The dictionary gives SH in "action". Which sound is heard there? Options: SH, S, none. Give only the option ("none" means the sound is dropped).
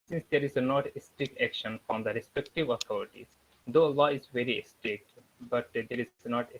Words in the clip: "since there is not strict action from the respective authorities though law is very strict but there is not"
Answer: SH